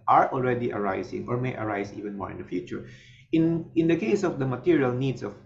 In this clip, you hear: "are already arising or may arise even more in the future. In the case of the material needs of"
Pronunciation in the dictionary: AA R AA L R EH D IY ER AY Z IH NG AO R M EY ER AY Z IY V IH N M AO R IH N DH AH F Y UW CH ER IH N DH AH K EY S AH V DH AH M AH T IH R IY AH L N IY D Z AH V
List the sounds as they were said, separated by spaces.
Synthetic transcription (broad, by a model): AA R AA L R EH D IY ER AY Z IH NG AO R M EY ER AY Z IY V IH N M AO R IH N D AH F Y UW CH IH IH N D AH K EY S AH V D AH M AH T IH R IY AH L N IY D S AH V